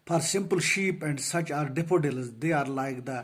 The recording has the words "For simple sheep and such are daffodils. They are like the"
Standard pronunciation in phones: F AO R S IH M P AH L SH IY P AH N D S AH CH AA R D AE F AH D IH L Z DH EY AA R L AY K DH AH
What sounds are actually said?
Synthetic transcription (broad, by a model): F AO R S IH M P AH L SH IY P AH N D S AH CH AA R D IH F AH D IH L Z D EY AA R L AY K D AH